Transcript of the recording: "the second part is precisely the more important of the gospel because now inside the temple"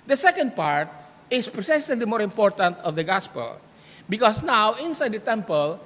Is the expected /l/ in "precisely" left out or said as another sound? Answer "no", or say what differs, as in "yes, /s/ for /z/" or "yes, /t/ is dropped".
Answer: yes, /l/ is dropped